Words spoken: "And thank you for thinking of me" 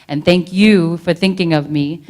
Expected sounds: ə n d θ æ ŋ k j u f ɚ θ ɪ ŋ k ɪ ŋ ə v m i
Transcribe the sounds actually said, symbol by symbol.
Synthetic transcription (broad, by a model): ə n θ æ ŋ k j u f ɚ θ ɪ ŋ k ɪ ŋ ə v m i